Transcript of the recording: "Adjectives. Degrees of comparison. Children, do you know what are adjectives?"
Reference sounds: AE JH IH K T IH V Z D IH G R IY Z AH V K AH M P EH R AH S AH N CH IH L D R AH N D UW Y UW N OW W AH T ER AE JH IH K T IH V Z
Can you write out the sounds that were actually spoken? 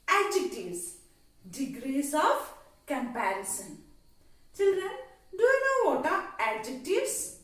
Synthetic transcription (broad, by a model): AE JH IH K T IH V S D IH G R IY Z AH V K AH M P EH R AH S AH N CH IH L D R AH N D UW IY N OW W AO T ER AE JH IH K T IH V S